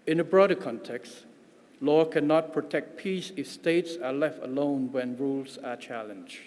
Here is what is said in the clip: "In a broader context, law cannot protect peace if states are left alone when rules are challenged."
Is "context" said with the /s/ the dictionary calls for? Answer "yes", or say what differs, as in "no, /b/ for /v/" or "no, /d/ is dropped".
yes